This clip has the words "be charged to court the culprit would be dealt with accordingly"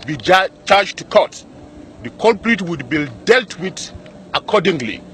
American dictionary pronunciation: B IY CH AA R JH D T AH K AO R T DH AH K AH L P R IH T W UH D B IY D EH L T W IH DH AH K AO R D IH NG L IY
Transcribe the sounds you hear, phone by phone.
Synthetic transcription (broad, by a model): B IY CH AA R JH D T K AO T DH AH K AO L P R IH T W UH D B IY D EH L T W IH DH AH K AO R D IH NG L IY